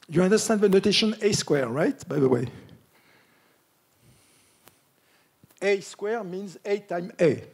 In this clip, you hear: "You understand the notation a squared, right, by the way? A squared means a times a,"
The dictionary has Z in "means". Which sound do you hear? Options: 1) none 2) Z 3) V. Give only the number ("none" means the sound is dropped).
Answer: 2